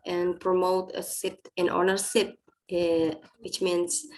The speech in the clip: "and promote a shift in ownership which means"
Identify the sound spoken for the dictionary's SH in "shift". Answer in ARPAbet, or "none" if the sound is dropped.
S